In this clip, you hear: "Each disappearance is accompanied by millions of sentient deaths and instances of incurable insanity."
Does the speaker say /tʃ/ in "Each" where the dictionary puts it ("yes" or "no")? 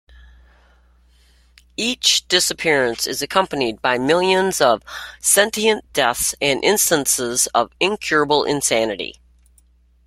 yes